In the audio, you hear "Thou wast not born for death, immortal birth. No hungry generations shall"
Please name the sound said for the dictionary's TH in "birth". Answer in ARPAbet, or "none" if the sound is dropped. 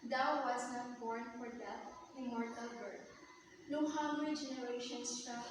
T